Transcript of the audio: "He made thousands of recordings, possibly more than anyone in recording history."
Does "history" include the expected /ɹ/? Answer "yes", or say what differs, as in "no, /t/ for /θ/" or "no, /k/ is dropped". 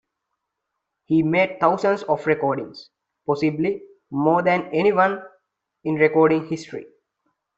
yes